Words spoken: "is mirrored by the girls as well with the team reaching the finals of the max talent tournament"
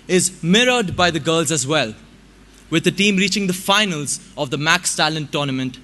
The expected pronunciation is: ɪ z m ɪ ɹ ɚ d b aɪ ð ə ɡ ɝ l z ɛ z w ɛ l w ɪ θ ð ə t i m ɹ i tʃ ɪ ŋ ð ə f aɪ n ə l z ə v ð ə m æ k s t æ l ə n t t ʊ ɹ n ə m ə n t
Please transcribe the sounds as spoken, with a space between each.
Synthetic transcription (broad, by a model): ɪ z m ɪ ɹ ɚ d b aɪ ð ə ɡ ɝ l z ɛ z w ɛ l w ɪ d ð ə t i m ɹ i tʃ ɪ ŋ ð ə f aɪ n ə l z ə v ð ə m æ k s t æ l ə n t t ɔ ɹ n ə m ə n t